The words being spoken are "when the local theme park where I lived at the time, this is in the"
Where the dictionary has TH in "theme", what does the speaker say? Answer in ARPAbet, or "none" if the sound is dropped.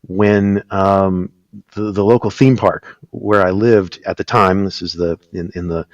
TH